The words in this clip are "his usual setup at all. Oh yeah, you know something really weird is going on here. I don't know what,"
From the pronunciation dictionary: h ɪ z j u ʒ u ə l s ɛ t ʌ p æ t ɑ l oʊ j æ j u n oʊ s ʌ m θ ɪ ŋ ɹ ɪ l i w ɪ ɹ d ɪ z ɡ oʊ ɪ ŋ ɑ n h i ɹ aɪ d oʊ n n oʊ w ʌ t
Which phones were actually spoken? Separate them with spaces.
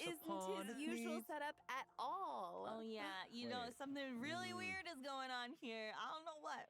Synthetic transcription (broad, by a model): ɪ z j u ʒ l s ɛ t ʌ p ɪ t ɑ l oʊ j æ j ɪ n oʊ s ʌ m θ ɪ ŋ ɹ ɪ l i w ɪ ɹ d ɪ z ɡ oʊ ɪ ŋ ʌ n h i ɹ aɪ d oʊ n n oʊ w ʌ t